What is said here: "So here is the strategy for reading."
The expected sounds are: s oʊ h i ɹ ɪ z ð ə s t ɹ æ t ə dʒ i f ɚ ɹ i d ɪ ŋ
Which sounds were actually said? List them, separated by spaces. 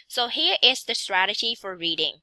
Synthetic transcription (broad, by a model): s oʊ h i ɹ ɪ z ð ə s t ɹ æ t ə dʒ i f ɚ ɹ i d ɪ ŋ